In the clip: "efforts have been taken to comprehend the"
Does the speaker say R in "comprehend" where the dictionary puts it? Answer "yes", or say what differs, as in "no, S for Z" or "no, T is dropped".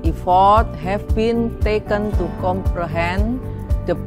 yes